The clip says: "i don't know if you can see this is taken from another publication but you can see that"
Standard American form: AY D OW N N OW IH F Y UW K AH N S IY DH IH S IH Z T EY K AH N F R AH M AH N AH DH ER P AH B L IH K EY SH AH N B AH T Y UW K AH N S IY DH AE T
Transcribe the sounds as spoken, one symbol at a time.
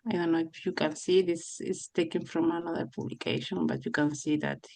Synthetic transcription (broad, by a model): AY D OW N N OW IH F Y UW K AH N S IY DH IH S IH S T EY K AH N F R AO M AH N AH DH ER P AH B L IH K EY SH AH N B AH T Y UW K AH N S IY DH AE T